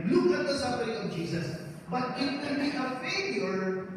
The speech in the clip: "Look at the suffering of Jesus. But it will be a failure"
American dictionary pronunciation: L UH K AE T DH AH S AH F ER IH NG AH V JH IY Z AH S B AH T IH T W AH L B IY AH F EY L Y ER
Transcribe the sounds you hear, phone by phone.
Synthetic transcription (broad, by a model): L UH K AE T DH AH S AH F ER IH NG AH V JH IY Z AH S B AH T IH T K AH N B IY AH F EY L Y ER